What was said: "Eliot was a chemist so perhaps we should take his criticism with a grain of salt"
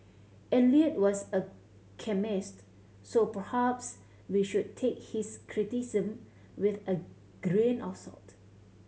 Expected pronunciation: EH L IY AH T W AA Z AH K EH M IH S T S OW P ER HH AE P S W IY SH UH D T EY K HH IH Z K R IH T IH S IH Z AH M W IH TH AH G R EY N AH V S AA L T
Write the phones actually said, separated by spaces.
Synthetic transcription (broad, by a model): EH L IY AH T W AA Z AH K EH M IH S T S OW P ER HH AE P S W IY SH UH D T EY K HH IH S K R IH T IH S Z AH M W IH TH AH G R EY N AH F S AA L T